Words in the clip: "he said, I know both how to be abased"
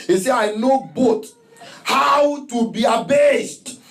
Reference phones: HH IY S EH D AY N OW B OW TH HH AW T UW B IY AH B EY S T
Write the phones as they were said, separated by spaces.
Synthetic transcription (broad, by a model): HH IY S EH AY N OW B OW T HH AW T UW B IY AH B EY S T